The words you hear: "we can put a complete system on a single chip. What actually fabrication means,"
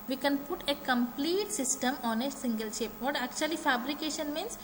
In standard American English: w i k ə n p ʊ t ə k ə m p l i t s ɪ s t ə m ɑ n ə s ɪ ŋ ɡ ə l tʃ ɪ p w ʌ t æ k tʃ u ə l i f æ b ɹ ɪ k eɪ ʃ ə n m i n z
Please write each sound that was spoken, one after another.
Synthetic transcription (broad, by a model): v i k ə n p ʊ t ə k ə m p l i t s ɪ s t ə m ɑ n ə s ɪ ŋ ɡ ə l ʃ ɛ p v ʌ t æ k tʃ u ə l i f æ b ɹ ɪ k eɪ ʃ ə n m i n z